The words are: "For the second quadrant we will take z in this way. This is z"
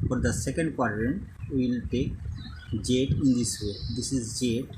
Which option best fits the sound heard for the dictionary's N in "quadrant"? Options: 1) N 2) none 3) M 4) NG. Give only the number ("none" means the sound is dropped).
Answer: 1